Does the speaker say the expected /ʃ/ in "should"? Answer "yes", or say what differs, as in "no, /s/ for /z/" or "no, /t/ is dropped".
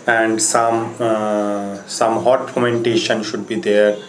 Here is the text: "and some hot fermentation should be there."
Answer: yes